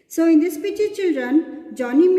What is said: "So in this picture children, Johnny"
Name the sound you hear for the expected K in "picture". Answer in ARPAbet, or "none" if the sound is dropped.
none